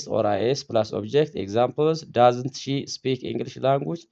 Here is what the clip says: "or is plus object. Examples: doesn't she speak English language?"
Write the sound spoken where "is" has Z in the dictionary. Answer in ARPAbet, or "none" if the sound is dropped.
S